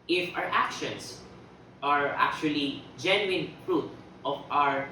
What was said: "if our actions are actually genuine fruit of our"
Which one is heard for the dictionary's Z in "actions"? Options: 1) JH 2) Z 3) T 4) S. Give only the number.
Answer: 4